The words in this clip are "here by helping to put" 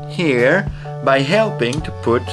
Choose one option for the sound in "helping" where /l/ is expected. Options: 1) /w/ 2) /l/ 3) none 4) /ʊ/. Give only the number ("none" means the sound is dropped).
2